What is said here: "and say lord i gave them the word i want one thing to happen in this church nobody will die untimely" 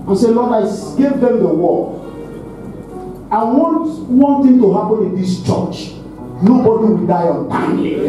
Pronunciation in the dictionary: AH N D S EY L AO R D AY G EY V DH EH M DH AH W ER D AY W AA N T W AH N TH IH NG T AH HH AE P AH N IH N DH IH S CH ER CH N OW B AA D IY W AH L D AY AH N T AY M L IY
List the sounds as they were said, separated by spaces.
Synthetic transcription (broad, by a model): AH S EY L AO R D AY G EY V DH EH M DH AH W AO AY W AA N T W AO N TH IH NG T AH HH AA P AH N IH N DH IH S CH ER CH N OW B AA D IY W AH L D AY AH N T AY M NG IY